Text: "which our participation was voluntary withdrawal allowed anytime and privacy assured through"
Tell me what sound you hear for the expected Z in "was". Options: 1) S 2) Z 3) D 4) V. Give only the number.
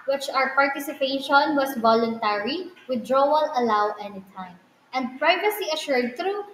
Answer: 1